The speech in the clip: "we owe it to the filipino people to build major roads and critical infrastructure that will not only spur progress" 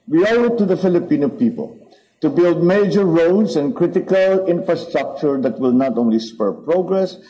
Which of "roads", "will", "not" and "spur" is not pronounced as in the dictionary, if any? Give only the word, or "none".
roads